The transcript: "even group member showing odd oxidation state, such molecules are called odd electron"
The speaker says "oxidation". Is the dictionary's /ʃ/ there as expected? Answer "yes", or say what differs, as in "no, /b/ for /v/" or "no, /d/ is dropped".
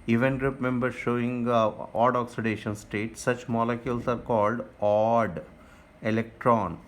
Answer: yes